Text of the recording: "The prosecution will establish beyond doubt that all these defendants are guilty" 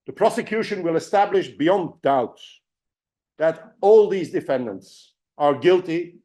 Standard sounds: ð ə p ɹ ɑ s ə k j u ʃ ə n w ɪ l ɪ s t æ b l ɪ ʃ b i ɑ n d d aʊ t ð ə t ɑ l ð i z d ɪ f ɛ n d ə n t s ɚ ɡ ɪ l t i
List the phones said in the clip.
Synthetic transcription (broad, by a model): ð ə p ɹ ɑ s ə k j u ʃ ə n w ɪ l ɪ s t æ b l ɪ ʃ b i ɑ n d d aʊ t ð ə t ɑ l ð i z d ɪ f ɛ n d ə n t s ɚ ɡ ɪ l t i